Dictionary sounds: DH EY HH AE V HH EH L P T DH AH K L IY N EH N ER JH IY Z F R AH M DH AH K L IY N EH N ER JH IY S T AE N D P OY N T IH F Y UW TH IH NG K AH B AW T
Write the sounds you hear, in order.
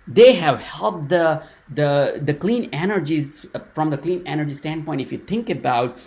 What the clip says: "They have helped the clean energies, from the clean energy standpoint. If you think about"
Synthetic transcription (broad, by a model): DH EY HH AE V HH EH L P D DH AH K L IY N EH N ER JH IY Z F R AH M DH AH K L IY N EH N ER JH IY S T AE N D P OY N T IH F Y UW T IH NG K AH B AW T